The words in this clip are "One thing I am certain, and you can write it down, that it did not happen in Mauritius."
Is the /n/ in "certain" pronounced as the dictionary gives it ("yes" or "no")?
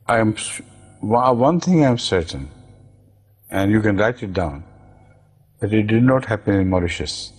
yes